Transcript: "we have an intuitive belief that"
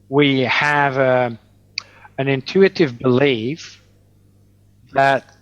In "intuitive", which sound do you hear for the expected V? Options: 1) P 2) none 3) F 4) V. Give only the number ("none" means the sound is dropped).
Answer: 4